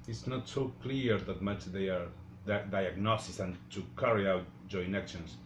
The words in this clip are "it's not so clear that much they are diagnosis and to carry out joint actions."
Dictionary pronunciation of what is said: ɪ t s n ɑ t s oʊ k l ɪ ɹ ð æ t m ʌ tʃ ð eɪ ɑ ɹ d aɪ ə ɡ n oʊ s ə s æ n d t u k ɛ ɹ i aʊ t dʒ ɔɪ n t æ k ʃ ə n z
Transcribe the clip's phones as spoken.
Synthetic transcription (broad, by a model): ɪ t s n ɑ t s oʊ k l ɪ ɹ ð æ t m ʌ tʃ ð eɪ ɑ ɹ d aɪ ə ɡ n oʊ s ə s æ n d t u k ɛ ɹ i aʊ t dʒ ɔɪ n æ k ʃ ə n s